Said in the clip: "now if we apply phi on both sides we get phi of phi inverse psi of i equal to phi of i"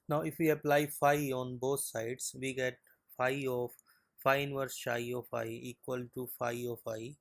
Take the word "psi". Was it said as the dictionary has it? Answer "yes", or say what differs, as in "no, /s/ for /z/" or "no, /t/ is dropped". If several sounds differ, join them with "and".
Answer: no, /ʃ/ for /s/